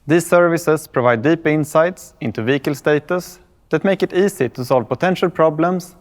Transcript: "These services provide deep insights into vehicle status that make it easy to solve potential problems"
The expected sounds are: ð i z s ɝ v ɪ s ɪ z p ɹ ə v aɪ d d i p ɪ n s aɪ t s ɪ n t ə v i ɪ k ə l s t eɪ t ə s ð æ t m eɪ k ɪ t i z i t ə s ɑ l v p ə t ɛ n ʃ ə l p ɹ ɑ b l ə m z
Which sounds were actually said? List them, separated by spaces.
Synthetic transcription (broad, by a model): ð i s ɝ v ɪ s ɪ s p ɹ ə v aɪ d d i p ɪ n s aɪ t s ɪ n t ə v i k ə l s t eɪ t ə s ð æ t m eɪ k ɪ t i s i t ə s ɑ l v p ə t ɛ n ʃ ə l p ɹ ɑ b l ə m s